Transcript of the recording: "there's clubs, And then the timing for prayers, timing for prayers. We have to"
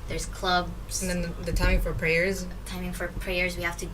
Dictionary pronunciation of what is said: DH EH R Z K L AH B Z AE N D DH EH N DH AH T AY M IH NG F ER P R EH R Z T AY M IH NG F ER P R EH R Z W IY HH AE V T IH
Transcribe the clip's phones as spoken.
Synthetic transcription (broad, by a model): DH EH R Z K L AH B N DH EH N DH AH T AY M F ER P R EH R Z T AY M IH NG F ER P R EH R Z W IY HH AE F T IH